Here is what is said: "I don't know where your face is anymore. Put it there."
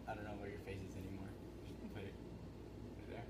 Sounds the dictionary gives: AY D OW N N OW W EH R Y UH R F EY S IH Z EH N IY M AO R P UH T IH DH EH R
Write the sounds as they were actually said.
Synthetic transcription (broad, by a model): AY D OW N N OW W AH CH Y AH R F EY S IH Z EH N IY M AO R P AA IH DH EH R